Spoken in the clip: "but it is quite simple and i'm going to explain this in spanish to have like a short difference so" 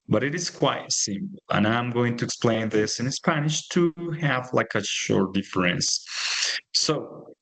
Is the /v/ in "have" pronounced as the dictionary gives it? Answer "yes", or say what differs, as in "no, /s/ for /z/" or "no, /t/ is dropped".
yes